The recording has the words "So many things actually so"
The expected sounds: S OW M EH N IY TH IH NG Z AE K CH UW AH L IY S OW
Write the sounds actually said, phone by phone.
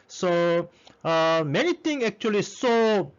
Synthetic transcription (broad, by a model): S OW M EH N IY T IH NG EH K CH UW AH L IY S OW